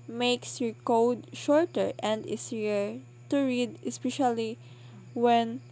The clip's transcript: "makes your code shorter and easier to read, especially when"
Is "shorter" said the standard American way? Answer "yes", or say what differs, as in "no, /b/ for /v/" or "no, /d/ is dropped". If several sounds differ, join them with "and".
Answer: yes